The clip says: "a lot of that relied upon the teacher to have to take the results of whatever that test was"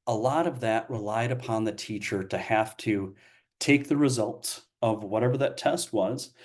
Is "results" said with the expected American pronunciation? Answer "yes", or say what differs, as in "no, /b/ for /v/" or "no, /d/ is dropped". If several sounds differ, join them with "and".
yes